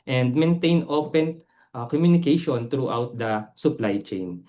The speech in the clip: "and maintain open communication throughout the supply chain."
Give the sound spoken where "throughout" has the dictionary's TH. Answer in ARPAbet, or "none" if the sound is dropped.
T